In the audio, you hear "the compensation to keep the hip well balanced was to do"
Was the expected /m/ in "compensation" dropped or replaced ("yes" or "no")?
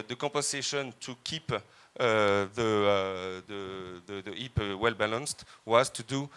yes